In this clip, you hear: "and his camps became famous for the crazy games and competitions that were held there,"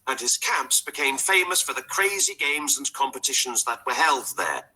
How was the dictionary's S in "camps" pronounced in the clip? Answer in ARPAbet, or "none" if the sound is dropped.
S